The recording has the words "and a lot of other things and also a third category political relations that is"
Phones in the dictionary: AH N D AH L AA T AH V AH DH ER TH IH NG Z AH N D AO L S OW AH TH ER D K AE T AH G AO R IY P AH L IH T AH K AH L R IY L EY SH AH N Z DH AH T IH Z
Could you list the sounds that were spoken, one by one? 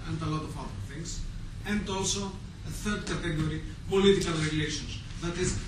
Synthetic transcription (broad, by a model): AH N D AH L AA T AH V AH DH ER TH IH NG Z AH N D AO L S OW AH TH ER D K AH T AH G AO R IY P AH L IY T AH K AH L R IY L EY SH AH N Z DH AH T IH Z